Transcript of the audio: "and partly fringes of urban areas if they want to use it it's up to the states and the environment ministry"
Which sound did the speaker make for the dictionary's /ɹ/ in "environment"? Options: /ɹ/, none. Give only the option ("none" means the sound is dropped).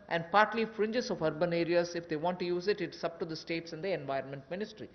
/ɹ/